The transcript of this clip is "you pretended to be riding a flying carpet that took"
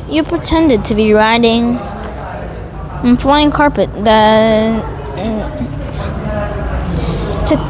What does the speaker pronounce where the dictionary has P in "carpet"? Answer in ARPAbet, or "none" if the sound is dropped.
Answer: P